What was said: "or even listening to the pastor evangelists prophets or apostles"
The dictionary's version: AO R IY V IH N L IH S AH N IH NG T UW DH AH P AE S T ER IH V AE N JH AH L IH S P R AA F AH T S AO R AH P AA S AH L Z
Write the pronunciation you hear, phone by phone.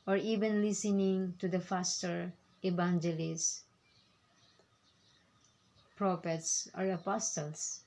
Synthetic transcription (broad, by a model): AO R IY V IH N L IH S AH N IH NG T UW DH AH F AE S T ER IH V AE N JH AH L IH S P R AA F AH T S AO R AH P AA S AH L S